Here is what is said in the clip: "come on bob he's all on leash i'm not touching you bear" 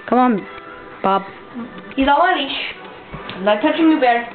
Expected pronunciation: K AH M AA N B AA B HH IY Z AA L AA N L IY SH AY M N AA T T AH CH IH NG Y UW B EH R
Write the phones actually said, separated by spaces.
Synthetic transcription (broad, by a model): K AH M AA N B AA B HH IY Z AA W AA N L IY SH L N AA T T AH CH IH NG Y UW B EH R